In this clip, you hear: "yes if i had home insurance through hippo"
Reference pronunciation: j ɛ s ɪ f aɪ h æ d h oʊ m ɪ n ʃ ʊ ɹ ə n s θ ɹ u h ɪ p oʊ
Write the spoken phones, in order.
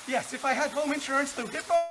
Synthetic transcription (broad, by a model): j ɛ s ɪ f aɪ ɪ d h oʊ m ɪ n ʃ ʊ ɹ ə n s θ u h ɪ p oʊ